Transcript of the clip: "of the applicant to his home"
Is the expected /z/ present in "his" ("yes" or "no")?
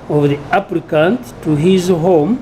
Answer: yes